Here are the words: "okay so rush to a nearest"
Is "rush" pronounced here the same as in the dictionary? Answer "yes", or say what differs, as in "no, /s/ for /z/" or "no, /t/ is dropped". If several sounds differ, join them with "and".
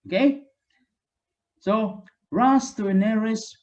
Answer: no, /s/ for /ʃ/